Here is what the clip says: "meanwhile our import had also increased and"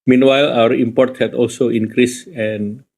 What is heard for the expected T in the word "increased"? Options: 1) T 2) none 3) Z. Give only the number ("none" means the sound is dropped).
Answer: 2